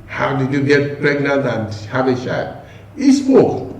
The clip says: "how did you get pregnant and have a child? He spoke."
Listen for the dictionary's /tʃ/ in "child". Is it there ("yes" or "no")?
no